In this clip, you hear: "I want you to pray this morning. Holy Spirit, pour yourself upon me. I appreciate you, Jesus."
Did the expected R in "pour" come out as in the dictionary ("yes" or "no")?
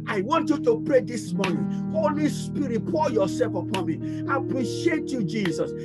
no